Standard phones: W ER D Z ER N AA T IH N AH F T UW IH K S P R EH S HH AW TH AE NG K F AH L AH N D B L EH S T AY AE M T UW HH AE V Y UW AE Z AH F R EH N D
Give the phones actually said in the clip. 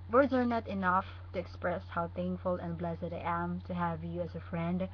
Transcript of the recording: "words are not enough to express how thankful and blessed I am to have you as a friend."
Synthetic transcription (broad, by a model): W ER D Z ER N AA T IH N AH F T UW IH K S P R EH S HH AW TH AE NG K F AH L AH N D B L EH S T AY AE M T UW HH AE V Y UW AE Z AH F R EH N D